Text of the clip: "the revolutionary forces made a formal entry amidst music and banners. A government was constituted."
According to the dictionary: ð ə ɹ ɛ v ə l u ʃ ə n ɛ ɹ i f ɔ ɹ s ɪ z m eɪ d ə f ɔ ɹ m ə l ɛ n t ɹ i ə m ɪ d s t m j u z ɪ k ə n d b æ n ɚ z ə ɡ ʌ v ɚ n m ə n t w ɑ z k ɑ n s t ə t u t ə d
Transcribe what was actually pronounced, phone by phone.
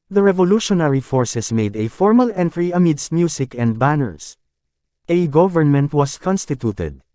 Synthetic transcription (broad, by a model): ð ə ɹ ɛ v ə l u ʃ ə n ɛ ɹ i f ɔ ɹ s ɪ s m eɪ d ə f ɔ ɹ m ə l ɛ n t ɹ i ə m ɪ d s t m j u s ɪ k ə n d b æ n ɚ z ə ɡ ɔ v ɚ n m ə n t w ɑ s k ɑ n s t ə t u t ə d